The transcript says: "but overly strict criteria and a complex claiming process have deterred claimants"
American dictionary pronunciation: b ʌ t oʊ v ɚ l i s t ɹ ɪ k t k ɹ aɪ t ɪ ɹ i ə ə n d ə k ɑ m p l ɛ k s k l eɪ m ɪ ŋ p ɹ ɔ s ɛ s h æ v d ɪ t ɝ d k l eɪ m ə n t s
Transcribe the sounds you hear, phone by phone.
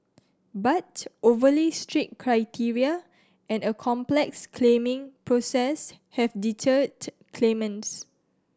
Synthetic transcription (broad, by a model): b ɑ t oʊ v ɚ l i s t ɹ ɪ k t k ɹ aɪ t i ɹ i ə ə n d ə k ɑ m p l ɛ k s k l eɪ m ɪ ŋ p ɹ ɔ s ɛ s h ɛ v d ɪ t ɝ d k l eɪ m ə n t s